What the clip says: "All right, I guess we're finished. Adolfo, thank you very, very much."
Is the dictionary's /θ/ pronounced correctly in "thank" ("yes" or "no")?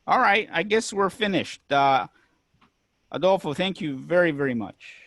yes